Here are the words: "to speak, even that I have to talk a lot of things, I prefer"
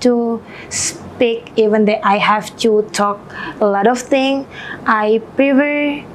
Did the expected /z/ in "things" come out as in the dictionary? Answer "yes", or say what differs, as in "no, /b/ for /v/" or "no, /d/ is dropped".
no, /z/ is dropped